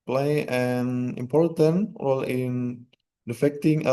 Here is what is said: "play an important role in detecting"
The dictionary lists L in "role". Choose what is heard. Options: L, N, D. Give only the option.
L